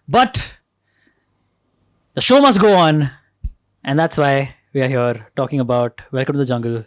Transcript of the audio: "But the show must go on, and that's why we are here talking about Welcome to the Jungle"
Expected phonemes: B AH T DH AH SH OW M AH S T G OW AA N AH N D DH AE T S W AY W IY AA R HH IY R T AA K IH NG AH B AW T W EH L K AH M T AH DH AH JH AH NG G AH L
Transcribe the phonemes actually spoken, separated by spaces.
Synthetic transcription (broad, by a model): B AH T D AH SH OW M AH S T G OW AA N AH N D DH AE T S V AY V IY AA R HH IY R T AA K IH NG AH B AW T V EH L K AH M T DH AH JH AH NG G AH L